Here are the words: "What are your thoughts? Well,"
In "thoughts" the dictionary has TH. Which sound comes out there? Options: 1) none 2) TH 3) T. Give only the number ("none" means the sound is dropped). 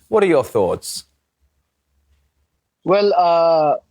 2